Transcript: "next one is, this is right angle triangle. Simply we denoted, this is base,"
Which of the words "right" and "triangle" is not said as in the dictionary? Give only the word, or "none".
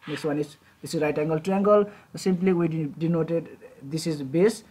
triangle